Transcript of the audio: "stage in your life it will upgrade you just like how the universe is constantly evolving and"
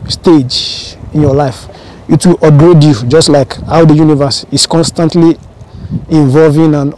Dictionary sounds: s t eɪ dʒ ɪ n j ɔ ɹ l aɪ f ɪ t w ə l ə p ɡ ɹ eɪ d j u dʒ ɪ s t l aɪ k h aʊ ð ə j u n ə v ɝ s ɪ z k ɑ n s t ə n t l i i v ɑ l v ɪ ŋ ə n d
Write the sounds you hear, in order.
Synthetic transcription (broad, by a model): s t eɪ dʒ ɪ n j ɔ l aɪ f ɪ t w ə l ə ɡ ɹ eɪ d j u dʒ ɪ s t l aɪ k h aʊ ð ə j u n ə v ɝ s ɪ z k ɑ n s t ə n t l i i v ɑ l v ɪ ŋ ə n